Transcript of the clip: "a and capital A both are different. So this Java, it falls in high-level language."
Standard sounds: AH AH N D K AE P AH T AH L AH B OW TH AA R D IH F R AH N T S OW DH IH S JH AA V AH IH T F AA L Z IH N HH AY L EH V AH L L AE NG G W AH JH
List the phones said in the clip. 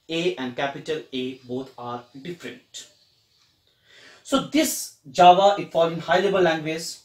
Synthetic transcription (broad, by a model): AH AH N D K AE P AH T AH L AH B OW T AA R D IH F R AH N T S OW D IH S JH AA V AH IH T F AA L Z IH N HH AY L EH B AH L L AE NG G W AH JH